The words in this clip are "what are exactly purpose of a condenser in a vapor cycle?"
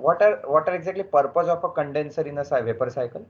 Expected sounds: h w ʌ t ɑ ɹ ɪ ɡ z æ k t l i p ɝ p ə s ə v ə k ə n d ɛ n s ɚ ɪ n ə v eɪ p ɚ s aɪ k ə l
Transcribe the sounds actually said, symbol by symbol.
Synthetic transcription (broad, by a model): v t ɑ t ɑ ɹ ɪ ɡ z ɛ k t l i p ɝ p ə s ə f ə k ə n d ɛ n s ɚ ɪ n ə v eɪ p ɚ s aɪ k ə l